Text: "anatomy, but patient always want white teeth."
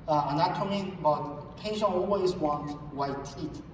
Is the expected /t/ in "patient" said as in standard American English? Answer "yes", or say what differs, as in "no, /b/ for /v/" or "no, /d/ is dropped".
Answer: no, /t/ is dropped